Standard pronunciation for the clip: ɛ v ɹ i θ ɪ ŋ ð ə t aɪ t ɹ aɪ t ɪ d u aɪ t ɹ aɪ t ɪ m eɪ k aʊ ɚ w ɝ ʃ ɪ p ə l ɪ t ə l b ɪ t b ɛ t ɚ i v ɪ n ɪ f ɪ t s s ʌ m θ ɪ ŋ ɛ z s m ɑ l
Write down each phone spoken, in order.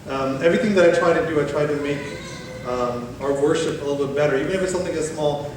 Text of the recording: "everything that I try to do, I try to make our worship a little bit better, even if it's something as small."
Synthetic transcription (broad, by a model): ɛ v ɹ i θ ɪ ŋ ð ə t aɪ t ɹ aɪ t ɪ d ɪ aɪ t ɹ aɪ t ɪ m eɪ k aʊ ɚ w ɝ ʃ ɪ p ə l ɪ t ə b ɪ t b ɛ t ɚ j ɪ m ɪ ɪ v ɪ s ʌ m θ ɪ ŋ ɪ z s m ɑ l